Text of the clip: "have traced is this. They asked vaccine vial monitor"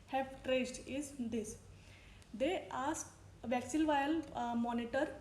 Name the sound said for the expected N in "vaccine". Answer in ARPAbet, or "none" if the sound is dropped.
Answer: L